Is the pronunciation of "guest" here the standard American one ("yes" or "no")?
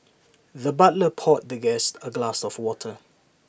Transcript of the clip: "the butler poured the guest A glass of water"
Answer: yes